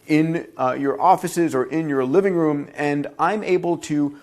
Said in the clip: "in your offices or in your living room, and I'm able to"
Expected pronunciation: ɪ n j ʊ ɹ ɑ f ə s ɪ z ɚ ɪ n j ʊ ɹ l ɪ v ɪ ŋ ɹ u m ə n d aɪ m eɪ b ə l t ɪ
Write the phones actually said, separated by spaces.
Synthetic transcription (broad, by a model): ɪ n j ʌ ɹ ɑ f ə s ɪ z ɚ ɪ n j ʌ ɹ l ɪ v ɪ ŋ ɹ u m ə n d aɪ m eɪ b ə l t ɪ